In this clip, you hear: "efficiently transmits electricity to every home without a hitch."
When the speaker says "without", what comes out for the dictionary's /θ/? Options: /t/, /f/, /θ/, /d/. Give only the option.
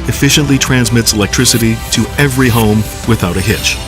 /θ/